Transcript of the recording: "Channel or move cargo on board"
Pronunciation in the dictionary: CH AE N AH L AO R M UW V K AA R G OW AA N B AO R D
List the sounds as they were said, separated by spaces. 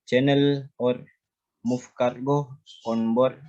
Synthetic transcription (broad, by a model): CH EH N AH L AO R M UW F K AA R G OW AA N B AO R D